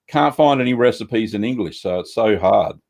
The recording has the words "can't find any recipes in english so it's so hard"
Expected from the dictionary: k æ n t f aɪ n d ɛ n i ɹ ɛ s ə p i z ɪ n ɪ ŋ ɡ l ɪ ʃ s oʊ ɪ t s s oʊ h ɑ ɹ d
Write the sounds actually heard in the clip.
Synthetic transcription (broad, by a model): k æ n t f aɪ n d ɛ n i ɹ ɛ s ə p i z ɪ n ɪ ŋ ɡ l ɪ ʃ s oʊ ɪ t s s oʊ h ɑ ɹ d